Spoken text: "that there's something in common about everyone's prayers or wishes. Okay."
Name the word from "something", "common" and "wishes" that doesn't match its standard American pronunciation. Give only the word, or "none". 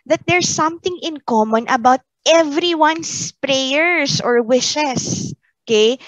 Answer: wishes